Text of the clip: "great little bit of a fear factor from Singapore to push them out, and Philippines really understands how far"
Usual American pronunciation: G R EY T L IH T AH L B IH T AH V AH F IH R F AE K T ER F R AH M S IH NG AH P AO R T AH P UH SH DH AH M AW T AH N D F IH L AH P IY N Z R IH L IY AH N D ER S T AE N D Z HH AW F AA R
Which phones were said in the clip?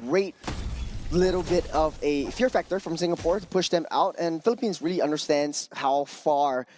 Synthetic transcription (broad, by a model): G R EY T L IH T L B IH T AH V AH F IH R F AE K T ER F R AH M S IH NG AH P AO R T AH P UH SH DH AH M AW T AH N F IH L AH P IY N Z R IH L IY AH N D ER S T AE N D Z HH AW F AA R